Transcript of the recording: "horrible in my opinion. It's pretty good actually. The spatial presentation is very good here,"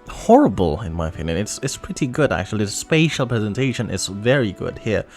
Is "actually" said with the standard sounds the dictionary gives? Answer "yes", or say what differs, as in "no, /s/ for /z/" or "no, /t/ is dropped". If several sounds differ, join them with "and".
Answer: no, /l/ is dropped